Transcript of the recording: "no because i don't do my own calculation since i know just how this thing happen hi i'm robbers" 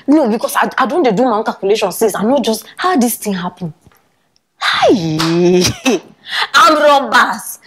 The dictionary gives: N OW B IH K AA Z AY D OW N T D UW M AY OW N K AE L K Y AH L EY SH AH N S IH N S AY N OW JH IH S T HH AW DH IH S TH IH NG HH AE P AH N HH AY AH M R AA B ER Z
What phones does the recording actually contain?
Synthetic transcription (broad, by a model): N OW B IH K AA S AY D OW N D D UW M AY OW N K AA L K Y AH L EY SH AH N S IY S AY N OW JH IH S T HH AW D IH S T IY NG HH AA P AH N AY AH M R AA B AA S